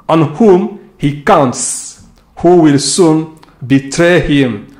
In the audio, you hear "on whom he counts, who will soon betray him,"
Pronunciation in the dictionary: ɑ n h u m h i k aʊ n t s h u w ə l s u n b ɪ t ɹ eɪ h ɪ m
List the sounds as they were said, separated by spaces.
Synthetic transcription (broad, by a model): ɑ n h u m h i k aʊ n t s h u w ə l s u n b ɪ t ɹ eɪ h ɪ m